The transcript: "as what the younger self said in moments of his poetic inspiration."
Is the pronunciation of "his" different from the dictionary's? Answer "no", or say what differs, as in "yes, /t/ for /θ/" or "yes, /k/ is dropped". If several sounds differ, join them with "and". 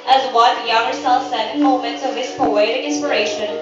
yes, /s/ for /z/